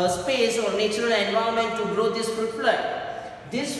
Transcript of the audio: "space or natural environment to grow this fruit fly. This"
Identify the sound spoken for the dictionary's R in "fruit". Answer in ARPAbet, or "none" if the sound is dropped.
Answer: none